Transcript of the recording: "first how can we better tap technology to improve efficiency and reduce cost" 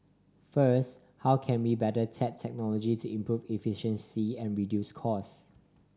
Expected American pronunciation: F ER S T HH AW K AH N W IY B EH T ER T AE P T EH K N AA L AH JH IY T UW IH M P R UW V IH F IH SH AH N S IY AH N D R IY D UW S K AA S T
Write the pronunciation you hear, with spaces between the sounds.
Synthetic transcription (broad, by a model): F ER S T HH AW K AH N W IY B EH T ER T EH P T EH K N AA L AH JH IY T UW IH M P R UW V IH F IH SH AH N S IY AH N R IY D UW S K AA S